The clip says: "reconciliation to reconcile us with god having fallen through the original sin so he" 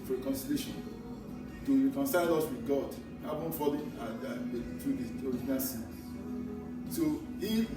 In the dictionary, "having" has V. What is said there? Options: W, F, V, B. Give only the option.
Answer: B